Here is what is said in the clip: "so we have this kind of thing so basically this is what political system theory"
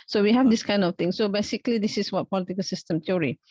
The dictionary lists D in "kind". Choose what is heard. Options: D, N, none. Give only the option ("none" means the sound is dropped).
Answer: D